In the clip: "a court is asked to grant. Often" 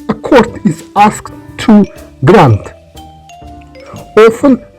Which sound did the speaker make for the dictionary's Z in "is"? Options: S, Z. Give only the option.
S